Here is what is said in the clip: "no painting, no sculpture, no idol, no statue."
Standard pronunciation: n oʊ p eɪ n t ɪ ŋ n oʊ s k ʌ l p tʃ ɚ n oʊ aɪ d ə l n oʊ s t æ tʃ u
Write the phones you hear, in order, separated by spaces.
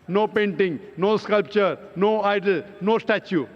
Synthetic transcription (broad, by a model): n oʊ p eɪ n t ɪ ŋ n oʊ s k ʌ l p tʃ ɚ n oʊ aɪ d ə l n oʊ s t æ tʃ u